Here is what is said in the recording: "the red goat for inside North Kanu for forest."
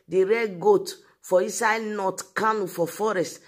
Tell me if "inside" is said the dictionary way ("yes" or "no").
no